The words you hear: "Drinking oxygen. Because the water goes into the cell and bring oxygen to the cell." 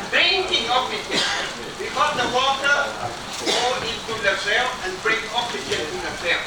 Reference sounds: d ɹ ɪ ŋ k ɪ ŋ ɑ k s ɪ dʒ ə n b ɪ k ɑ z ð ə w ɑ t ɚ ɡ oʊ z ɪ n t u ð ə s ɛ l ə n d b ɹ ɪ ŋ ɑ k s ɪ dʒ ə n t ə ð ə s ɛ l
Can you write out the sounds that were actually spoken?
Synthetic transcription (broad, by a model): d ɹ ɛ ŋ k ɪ ŋ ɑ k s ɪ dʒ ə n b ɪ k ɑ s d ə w ɑ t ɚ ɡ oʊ ɪ n t u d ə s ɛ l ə n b ɹ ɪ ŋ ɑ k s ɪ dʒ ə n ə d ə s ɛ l